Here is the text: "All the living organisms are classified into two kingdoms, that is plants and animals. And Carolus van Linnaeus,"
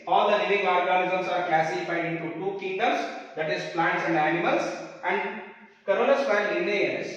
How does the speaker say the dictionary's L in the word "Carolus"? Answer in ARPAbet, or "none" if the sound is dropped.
N